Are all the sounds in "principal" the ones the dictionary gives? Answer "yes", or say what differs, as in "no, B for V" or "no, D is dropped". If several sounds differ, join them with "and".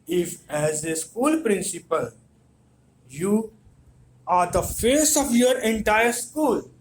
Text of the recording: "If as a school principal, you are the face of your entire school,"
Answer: yes